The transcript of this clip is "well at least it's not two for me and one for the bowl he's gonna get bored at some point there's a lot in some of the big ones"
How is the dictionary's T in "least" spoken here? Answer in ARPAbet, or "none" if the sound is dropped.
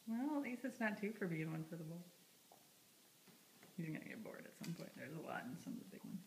none